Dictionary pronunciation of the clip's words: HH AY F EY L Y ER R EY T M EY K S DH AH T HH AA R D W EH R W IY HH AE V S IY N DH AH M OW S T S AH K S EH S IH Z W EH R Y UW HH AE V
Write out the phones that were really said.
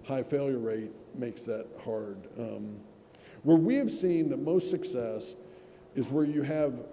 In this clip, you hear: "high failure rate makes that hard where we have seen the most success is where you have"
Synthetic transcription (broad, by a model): HH AY F EY L Y ER R EY T M EY K S DH AH T HH AA R D W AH R W IY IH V S IY N DH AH M OW S T S AH K S EH S IH Z W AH R Y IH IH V